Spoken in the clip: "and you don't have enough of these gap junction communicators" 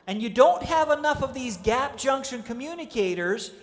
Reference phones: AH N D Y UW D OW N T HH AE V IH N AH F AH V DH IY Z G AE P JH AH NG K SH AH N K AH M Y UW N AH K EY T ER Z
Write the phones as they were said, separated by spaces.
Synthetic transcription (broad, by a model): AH N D Y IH D OW N T HH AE V IH N AH F AH V DH IY Z G AE P JH AH NG K SH AH N K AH M Y UW N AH K EY T ER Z